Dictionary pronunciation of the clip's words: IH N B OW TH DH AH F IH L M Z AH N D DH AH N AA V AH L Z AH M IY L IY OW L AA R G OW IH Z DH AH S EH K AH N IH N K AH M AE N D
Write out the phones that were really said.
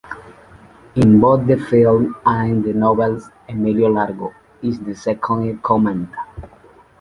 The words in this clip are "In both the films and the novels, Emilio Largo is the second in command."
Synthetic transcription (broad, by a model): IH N B OW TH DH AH F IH L M AH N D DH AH N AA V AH L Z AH M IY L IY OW L AA R G OW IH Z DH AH S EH K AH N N K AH M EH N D